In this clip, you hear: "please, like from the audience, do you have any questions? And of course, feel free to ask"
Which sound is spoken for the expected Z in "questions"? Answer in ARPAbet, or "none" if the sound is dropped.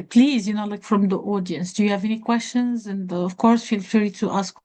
Z